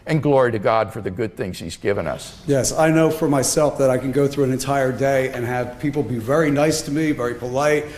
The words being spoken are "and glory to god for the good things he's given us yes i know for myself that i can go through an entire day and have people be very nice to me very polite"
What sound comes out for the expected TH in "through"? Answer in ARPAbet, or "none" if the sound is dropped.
TH